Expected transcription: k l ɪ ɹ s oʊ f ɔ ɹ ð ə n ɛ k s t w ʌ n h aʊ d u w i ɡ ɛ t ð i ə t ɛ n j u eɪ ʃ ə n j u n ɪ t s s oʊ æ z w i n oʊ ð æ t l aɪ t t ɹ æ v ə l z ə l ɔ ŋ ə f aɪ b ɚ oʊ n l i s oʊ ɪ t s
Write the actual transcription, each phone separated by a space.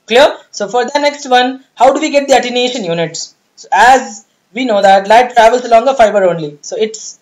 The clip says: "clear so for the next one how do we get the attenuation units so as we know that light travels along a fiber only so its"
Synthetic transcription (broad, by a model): k l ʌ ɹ s oʊ f ɔ ɹ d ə n ɛ k s t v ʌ n h aʊ d u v i ɡ ɛ t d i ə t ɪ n eɪ ʃ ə n j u n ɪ t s s oʊ æ z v i n oʊ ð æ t l aɪ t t ɹ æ v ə l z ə l ɔ ŋ ə f aɪ b ɚ oʊ n l i s oʊ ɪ t s